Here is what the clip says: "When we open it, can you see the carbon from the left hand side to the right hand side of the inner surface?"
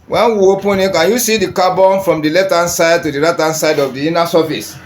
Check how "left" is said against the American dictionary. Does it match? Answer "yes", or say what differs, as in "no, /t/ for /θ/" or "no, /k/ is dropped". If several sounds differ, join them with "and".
no, /f/ is dropped